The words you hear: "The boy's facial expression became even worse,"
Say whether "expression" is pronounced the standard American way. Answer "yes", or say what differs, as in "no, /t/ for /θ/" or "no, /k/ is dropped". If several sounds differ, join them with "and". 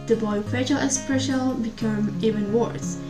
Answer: no, /l/ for /n/